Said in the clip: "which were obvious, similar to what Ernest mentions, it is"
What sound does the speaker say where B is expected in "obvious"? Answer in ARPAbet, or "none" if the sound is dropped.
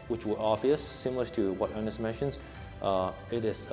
none